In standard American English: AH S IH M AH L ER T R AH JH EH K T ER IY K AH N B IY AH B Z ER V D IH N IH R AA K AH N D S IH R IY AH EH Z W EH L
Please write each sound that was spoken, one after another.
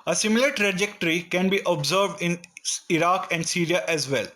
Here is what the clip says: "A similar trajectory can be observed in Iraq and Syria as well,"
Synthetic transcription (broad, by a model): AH S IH M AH L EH T R AH JH EH K T ER IY K AH N B IY AH B Z ER V D IH N IH R AA K AH N D S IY R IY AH EH Z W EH L